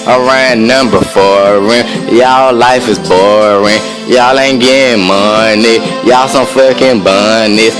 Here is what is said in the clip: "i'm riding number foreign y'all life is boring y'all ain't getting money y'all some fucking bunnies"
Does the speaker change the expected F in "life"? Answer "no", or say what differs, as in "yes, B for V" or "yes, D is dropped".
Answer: no